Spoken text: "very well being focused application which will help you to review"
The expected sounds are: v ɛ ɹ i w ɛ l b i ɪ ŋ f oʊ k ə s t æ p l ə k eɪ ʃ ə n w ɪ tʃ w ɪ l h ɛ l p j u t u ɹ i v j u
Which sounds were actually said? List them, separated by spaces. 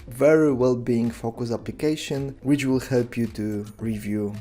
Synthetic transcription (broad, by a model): v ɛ ɹ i w ɛ l b i ɪ ŋ f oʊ k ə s æ p l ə k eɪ ʃ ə n w ɪ tʃ w ɪ l h ɛ l p j u t u ɹ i v j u